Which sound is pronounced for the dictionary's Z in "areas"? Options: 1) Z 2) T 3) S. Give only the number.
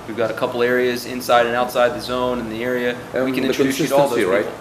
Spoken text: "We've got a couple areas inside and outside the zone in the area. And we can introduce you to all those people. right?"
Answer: 1